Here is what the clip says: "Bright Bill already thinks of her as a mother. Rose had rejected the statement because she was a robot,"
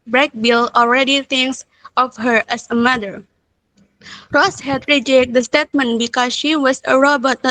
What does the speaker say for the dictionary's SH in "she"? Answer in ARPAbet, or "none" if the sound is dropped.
SH